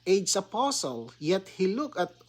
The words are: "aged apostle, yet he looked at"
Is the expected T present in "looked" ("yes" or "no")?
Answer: no